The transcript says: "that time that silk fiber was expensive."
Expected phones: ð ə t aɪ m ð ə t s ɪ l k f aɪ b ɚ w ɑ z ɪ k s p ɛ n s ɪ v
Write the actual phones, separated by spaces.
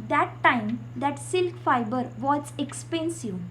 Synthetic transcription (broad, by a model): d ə t aɪ m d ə t s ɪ l k f aɪ b ɚ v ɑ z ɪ k s p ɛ n s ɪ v